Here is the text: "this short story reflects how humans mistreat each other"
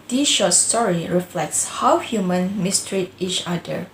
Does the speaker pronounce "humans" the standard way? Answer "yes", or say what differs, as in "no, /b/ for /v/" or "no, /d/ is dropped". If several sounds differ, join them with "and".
no, /z/ is dropped